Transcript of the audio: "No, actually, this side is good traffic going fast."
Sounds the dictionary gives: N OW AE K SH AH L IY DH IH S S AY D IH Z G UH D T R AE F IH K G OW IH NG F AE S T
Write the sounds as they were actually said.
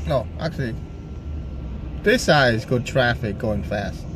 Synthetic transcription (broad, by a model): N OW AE K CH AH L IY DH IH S S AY IH Z G UH D T R AE F IH K G OW IH NG F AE S T